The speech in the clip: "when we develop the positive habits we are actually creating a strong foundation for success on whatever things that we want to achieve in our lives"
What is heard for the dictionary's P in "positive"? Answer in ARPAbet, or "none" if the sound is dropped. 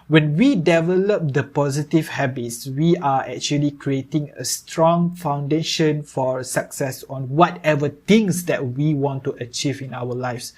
P